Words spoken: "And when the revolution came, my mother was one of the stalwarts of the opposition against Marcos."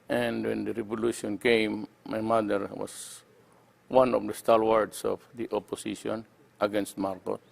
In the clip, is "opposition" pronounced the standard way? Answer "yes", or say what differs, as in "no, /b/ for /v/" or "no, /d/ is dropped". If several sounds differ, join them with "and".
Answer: no, /s/ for /z/